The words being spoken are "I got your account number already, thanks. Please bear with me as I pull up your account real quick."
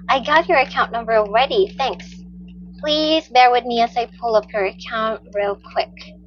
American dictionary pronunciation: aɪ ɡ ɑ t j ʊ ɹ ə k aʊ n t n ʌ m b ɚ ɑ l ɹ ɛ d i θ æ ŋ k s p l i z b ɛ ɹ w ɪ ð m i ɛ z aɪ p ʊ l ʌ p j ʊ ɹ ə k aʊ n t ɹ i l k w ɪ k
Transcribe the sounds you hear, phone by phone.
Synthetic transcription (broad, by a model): aɪ ɡ ɑ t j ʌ ɹ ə k aʊ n n ʌ m b ɚ l ɹ ɛ d i θ æ ŋ k s p l i z b ɛ ɹ w ɪ ð m i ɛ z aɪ p ʊ l ʌ p j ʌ ɹ ə k aʊ n t ɹ i l k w ɪ k